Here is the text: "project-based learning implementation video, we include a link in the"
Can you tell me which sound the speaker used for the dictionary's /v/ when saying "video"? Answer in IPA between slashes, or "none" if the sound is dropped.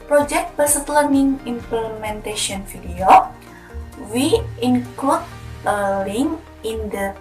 /f/